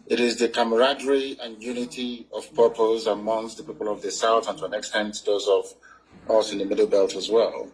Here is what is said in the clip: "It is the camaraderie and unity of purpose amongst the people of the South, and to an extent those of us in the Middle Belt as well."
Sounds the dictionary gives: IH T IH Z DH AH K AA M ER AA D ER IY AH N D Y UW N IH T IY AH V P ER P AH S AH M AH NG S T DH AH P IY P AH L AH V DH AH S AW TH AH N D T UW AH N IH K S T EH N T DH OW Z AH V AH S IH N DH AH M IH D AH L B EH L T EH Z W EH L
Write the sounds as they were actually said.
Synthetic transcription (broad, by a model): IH T IH Z DH AH K AA M ER AA D ER IY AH N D Y UW N IH T IY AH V P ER P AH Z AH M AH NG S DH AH P IY P AH L AH V DH AH S AW TH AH N T UW AH N IH K S T EH N T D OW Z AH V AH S IH N DH AH M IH D L B EH L T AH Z W EH L